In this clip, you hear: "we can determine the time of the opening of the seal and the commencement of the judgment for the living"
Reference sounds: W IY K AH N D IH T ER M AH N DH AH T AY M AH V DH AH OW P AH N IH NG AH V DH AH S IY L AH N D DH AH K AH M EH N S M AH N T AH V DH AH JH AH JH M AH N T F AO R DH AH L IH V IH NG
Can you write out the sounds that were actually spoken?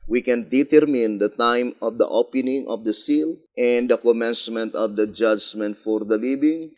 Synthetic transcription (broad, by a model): W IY K AH N D IH T ER M AH N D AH T AY M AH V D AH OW P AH N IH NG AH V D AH S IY L AH N D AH K AH M EH N S M AH N T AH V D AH JH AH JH M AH N T F AO R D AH L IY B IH NG